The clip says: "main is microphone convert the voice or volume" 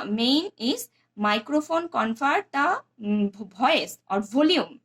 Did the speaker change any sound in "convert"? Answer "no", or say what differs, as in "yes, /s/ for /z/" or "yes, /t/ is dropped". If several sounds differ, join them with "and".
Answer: yes, /p/ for /v/